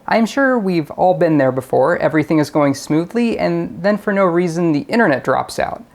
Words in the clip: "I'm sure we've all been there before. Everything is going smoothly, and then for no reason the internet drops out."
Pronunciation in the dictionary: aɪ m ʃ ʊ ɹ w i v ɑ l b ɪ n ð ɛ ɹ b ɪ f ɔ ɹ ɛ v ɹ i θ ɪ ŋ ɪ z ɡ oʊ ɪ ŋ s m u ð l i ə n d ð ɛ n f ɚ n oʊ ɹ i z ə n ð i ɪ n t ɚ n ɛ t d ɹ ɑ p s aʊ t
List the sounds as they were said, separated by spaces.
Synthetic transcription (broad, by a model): aɪ m ʃ ʊ ɹ w i v ɑ l b ɪ n ð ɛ ɹ b ɪ f ɔ ɹ ɛ v ɹ i θ ɪ ŋ ɪ z ɡ oʊ ɪ ŋ s m u ð l i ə n ð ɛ n f ɚ n oʊ ɹ i z ə n ð i ɪ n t ɚ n ɛ t d ɹ ɑ p s aʊ t